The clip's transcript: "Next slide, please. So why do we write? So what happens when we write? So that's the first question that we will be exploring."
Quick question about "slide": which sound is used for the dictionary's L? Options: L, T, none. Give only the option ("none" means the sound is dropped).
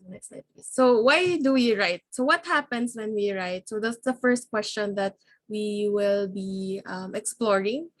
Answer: none